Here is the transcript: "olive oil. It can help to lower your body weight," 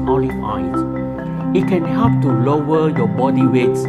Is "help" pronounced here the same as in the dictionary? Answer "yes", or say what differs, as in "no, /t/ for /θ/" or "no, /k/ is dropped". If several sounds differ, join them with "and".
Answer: no, /l/ is dropped